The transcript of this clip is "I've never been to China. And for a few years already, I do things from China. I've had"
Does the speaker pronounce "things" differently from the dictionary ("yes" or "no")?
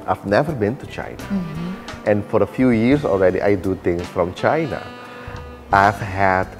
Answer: yes